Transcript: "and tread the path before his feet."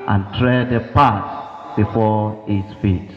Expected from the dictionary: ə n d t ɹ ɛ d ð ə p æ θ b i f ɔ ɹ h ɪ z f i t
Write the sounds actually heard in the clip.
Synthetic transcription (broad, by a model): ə n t ɹ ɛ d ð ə p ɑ s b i f ɔ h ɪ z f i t